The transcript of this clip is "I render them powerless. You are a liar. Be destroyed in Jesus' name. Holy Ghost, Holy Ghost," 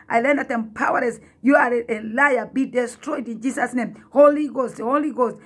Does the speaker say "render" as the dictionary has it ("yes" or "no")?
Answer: no